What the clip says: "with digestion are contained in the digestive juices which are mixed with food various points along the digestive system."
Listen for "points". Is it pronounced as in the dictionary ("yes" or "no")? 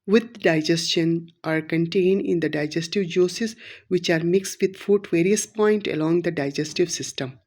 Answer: no